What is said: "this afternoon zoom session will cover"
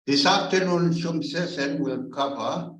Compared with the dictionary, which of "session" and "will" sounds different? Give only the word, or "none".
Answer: session